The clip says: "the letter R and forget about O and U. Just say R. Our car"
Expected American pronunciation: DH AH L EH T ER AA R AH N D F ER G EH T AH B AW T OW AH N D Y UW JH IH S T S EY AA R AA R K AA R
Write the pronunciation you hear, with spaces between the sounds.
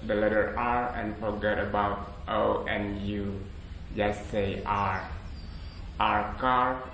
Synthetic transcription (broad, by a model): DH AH L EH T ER AA R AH N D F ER G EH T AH B AW T OW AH N Y UW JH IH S S EY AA R AA R K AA R